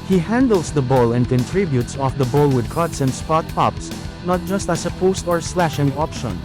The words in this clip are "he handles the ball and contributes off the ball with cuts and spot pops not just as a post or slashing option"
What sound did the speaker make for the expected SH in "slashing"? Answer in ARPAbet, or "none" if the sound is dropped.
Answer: SH